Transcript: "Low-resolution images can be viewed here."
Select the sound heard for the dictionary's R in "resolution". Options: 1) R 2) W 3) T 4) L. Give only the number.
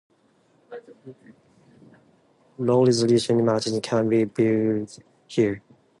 4